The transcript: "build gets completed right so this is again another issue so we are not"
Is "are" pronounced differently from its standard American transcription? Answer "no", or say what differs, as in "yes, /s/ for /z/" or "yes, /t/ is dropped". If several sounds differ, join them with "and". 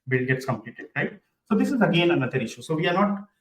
no